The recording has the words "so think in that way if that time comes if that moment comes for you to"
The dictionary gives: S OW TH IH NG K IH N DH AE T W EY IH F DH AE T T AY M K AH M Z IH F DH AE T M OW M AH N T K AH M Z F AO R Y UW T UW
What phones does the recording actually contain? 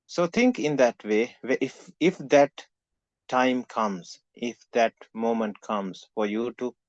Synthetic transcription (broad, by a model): S OW T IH NG K IH N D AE T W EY IH F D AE T T AY M K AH M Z IH F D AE T M OW M AH N T K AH M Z F AO R Y UW T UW